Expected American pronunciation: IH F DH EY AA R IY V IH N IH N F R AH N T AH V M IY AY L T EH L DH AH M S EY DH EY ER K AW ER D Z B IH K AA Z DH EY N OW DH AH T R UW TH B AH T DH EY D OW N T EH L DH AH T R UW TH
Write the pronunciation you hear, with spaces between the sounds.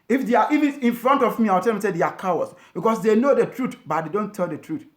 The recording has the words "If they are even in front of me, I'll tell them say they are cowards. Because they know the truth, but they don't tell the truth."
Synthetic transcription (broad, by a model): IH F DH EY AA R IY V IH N IH N F R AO N T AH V M IY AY W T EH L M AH S EY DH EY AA K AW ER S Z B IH K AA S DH EY N OW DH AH T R UW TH B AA T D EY D OW N T EH L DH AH T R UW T